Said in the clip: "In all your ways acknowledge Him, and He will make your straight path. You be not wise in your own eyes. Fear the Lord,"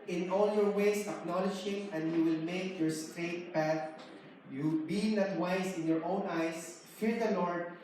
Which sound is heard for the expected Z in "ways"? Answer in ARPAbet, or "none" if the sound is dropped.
S